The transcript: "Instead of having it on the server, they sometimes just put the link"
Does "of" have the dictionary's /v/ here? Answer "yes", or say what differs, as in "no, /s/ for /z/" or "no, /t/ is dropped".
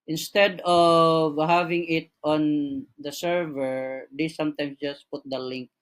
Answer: yes